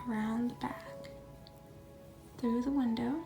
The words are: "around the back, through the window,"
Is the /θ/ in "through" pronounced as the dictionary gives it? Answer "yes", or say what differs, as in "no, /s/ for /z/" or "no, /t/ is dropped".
yes